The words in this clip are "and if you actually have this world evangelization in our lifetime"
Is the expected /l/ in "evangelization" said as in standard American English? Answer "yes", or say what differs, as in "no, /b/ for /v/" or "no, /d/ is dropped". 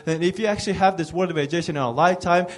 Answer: no, /l/ is dropped